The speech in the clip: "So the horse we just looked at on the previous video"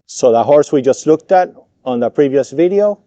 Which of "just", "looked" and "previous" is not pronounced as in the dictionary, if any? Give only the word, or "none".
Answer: none